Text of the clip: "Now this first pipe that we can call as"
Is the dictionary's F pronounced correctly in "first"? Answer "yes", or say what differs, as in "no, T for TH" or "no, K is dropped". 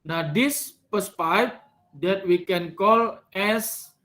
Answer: no, P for F